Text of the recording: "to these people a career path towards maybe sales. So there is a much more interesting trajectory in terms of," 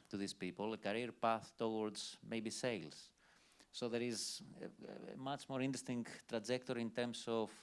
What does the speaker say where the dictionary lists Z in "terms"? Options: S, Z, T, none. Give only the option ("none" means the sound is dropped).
S